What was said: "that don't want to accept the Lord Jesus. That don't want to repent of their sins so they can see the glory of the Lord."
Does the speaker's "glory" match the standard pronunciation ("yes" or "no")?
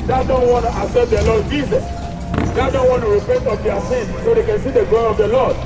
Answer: no